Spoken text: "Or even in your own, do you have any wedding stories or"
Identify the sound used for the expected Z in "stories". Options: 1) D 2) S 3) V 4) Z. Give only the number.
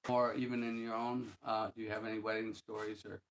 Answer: 4